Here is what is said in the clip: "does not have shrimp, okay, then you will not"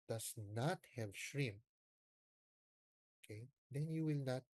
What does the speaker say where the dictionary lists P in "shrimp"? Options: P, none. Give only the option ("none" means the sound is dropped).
none